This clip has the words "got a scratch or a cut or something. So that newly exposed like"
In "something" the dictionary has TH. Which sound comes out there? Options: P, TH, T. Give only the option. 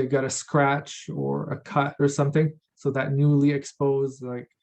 TH